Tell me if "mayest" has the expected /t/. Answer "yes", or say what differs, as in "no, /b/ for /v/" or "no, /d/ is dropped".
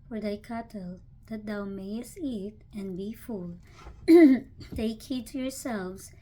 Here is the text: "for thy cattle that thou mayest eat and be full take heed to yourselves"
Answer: yes